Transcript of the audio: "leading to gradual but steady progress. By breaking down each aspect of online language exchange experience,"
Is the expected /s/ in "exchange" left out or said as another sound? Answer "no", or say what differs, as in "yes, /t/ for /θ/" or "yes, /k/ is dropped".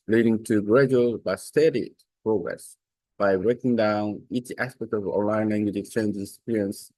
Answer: yes, /s/ is dropped